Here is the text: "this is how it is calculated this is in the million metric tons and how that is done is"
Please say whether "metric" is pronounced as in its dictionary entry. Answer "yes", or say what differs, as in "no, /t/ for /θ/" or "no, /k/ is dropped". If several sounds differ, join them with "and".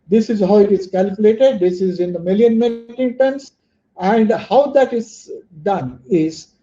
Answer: no, /ɹ/ is dropped